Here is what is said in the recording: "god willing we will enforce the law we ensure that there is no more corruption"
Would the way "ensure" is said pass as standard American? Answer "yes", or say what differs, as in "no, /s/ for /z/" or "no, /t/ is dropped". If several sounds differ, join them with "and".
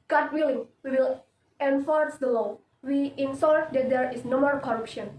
no, /s/ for /ʃ/